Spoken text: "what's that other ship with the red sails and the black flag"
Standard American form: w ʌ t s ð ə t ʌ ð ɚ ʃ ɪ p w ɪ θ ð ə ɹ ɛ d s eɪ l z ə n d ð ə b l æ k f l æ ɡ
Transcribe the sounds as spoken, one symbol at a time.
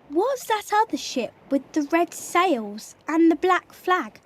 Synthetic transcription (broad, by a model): w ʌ t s ð ə t ʌ ð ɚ ʃ ɪ p w ɪ ð ə ɹ ɛ d s eɪ l z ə n ð ə b l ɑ k f l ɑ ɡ